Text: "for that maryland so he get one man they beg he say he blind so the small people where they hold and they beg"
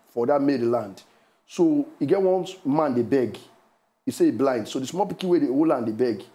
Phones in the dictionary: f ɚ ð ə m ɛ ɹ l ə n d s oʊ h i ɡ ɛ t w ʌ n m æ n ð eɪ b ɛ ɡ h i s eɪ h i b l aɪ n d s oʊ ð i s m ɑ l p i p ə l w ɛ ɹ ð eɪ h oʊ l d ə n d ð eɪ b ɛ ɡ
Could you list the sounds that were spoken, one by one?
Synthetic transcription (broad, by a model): f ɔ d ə m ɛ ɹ l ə n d s oʊ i ɡ ɛ t w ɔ n m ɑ n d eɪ b ɛ ɡ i s eɪ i b l aɪ n d s oʊ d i s m ɑ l p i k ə w ɛ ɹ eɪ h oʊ l ə n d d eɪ b ɛ ɡ